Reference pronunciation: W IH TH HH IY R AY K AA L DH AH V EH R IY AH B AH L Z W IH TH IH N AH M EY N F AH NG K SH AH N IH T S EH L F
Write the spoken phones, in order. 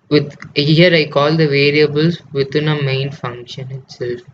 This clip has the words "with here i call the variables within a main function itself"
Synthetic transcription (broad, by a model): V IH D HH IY R AY K AA L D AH V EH R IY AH B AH L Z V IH T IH N AH M EY N F AH NG K SH AH N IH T S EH L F